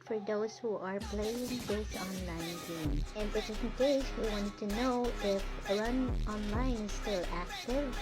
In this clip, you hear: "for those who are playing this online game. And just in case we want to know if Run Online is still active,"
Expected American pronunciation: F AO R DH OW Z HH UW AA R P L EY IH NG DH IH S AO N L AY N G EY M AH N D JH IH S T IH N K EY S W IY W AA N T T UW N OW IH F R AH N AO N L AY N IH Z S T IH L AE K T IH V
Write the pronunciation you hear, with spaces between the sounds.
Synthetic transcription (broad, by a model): F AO R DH OW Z HH UW AA R P L EY IH NG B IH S AO N L AY N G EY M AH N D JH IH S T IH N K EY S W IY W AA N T T UW N OW IH F L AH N AO N L AY N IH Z S T IH L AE K T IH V